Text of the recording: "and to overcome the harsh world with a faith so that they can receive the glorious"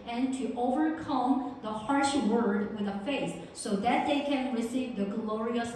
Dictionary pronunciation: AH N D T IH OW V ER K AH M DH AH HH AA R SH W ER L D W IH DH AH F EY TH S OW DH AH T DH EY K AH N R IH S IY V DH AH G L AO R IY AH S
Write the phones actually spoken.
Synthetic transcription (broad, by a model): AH N T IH OW V ER K AH M DH AH HH AA R SH W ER D W IH DH AH F EY TH S OW DH AH T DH EY K AH N R IH S IY V DH AH G L AO R IY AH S